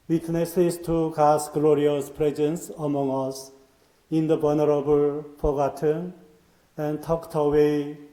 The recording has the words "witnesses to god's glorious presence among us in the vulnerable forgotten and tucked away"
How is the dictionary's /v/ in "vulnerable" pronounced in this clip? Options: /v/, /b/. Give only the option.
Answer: /b/